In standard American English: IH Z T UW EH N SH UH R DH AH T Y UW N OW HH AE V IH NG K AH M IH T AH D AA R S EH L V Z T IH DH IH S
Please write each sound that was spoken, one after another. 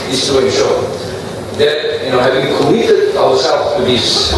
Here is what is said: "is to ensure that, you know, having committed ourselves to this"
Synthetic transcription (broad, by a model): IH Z T UW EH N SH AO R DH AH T Y UW N OW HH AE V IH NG K AH M IH T AH D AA W S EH L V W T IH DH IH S